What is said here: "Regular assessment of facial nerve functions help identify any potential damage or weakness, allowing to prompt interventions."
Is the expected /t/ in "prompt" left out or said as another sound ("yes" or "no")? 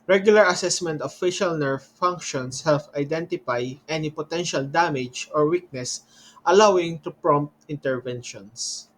no